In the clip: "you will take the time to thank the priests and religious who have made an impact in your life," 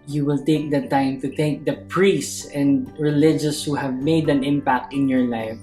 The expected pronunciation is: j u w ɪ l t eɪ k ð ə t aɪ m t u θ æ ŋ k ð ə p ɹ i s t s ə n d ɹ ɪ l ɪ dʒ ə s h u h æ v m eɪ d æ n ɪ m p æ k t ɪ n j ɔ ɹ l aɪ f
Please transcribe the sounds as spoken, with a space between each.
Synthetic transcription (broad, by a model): j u w ɪ l t eɪ k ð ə t aɪ m t u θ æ ŋ k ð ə p ɹ i s s s ə n d ɹ ɪ l ɪ dʒ ə s h u h æ v m eɪ d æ n ɪ m p æ k t ɪ n j ɔ ɹ l aɪ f